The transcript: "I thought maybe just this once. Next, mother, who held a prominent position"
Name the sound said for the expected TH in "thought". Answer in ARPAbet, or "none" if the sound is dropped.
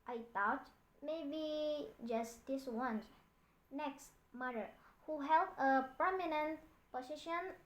T